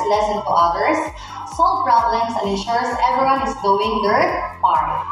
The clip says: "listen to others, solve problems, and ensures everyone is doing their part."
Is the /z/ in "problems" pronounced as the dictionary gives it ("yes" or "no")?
no